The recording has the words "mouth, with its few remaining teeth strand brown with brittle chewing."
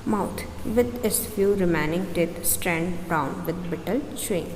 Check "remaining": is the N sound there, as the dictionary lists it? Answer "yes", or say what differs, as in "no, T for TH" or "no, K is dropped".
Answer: yes